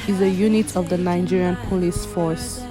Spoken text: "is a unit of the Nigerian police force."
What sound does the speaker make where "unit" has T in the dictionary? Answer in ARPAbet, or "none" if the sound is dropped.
T